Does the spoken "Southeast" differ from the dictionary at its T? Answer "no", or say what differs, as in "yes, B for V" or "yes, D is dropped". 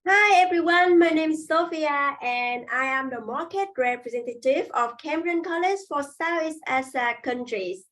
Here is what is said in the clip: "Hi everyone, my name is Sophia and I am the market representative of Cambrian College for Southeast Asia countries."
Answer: yes, T is dropped